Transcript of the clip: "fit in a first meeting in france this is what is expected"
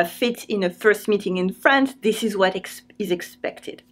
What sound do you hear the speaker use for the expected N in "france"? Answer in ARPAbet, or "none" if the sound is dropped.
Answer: N